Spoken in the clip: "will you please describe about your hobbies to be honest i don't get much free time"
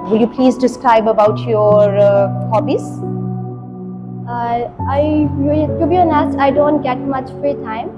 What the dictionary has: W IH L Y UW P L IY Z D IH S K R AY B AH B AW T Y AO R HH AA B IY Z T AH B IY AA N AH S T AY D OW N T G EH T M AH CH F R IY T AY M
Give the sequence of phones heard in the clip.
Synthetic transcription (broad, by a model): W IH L Y UW P L IY Z D IH S K R AY B AH B AW T Y AO R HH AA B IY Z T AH B IY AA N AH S AY D OW N T G EH T M AH CH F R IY T AY M